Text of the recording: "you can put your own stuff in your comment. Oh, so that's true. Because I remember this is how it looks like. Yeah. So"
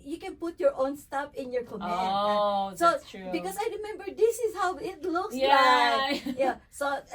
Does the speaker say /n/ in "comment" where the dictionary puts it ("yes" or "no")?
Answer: no